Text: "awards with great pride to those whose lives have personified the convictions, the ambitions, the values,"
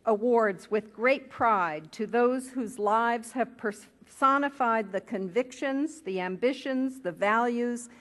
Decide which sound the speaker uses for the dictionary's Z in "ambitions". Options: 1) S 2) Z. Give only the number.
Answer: 2